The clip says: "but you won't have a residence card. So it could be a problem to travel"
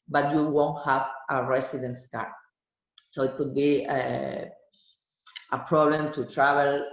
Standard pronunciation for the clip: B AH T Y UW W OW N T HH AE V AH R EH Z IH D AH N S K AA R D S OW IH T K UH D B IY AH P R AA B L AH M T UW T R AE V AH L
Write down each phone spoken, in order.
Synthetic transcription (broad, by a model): B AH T Y UW W OW N T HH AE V AH R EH S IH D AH N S K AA R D S OW IH T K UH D B IY AH P R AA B L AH M T UW T R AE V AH L